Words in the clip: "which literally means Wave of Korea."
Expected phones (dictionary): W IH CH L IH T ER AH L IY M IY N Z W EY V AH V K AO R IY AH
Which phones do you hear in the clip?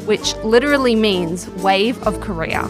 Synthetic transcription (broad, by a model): W IH CH L IH T ER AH L IY M IY N Z W EY V AH V K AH R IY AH